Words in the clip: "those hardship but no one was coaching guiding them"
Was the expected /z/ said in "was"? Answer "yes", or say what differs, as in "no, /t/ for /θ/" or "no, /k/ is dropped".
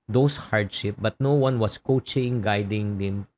no, /s/ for /z/